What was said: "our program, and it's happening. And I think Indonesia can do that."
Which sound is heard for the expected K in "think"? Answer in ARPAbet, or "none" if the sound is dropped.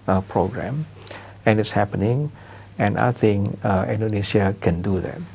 none